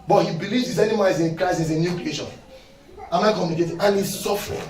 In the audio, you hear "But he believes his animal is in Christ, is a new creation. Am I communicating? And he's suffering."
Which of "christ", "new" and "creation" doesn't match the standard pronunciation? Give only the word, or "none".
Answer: christ